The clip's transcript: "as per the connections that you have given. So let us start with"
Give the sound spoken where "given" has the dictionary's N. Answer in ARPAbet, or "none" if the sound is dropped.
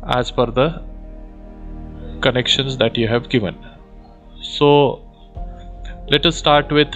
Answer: N